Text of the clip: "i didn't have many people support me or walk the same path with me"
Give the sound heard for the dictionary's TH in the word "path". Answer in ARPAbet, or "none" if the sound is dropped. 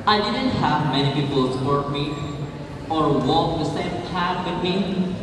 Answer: T